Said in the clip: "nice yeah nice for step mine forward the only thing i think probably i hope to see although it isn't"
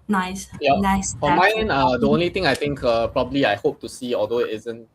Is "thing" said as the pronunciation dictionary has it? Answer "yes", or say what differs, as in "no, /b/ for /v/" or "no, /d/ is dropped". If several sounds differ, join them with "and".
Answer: no, /t/ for /θ/